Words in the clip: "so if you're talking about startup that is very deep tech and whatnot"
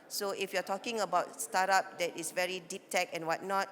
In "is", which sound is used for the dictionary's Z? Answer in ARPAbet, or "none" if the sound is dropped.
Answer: S